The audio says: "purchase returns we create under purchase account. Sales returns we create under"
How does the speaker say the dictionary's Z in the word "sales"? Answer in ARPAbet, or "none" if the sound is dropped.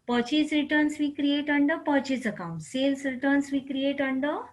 S